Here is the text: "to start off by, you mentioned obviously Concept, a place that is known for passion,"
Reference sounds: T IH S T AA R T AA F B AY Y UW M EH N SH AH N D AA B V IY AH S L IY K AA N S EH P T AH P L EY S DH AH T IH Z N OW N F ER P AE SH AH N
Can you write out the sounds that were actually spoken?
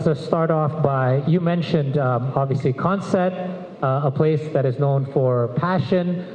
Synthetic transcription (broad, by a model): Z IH S T AA R T AA F B AY Y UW M EH N SH AH N D AA B V IY AH S L IY K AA N S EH T AH P L EY S DH AH T IH Z N OW N F ER P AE SH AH N